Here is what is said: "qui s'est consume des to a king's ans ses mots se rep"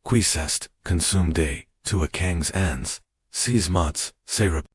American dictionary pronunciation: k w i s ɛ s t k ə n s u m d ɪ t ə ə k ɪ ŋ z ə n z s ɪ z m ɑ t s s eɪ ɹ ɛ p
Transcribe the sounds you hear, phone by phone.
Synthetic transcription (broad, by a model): k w i s ɛ s t k ə n s u m d ɪ t ə ə k ɪ ŋ z ə n z s ɪ z m ɑ t s s eɪ ɹ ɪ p